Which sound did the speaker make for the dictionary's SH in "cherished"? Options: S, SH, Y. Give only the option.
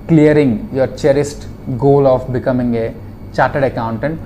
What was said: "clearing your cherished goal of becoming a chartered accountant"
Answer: S